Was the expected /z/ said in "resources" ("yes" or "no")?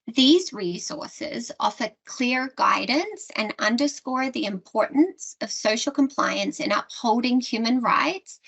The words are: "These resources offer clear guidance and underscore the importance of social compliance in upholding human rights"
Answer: yes